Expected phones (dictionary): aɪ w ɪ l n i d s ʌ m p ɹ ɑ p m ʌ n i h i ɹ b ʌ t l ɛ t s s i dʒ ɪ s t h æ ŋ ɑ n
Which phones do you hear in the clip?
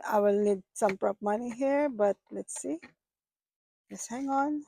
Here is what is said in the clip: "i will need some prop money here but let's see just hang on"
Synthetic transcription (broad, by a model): aɪ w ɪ l n i d s ʌ m p ɹ ɑ p m ʌ n i h i ɹ b ʌ t l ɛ t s s i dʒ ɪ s h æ ŋ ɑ n